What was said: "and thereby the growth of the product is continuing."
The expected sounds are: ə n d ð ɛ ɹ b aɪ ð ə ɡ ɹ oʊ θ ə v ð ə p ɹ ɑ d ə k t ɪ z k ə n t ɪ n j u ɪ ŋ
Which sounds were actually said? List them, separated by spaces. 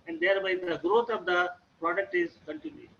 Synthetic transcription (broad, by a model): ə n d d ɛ ɹ b aɪ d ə ɡ ɹ oʊ t ə v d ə p ɹ ɑ d ə k t ɪ z k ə n t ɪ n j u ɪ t